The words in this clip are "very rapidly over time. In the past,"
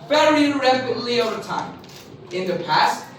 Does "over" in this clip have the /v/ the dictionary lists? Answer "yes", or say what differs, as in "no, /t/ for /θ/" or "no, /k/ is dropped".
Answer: yes